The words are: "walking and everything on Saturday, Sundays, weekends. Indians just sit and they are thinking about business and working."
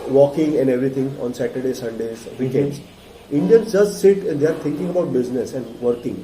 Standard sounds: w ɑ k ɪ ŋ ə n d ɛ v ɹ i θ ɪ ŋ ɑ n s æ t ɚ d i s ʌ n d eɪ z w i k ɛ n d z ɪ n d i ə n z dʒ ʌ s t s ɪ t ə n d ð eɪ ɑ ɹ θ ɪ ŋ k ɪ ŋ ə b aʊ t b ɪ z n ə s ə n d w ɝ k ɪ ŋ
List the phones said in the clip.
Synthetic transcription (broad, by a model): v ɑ k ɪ ŋ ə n d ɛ v ɹ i t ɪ ŋ ɑ n s æ t ɚ d i s ʌ n d eɪ z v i k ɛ n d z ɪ n d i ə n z dʒ ʌ s t s ɪ t ə n d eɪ ɑ ɹ t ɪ ŋ k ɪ ŋ ə b aʊ t b ɪ z n ə s ə n d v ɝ k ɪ ŋ